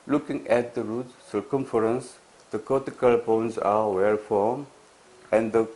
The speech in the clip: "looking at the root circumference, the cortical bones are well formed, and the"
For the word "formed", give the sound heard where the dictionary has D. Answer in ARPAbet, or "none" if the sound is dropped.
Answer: none